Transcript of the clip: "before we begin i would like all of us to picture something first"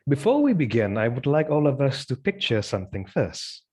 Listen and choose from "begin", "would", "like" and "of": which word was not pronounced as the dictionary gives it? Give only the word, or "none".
none